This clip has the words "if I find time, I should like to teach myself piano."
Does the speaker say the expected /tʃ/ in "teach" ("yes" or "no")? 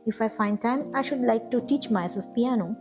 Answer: yes